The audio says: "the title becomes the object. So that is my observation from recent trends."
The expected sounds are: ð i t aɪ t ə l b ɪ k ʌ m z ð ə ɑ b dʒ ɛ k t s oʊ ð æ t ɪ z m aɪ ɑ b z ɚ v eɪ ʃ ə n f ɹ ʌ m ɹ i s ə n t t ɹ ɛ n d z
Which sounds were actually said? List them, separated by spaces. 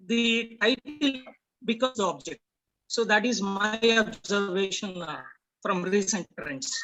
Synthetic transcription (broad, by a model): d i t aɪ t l b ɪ k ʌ z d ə ɑ b dʒ ɛ k t s oʊ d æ t ɪ z m aɪ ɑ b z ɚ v eɪ ʃ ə n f ɹ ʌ m ɹ i s ə n t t ɹ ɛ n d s